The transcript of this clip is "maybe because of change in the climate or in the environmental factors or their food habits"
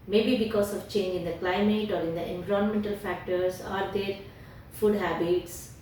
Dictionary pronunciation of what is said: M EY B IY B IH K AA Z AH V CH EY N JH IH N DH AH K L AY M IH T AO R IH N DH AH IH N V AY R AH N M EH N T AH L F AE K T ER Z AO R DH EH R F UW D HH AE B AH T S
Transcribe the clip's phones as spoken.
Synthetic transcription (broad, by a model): M EY B IY B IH K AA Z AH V CH EY N JH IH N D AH K L AY M IH T AO R IH N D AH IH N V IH R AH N M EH N T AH L F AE K T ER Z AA R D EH R F UW D HH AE B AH T S